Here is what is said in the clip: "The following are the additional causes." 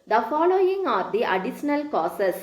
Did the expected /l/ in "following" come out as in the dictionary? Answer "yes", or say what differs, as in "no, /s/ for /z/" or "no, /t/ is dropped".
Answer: yes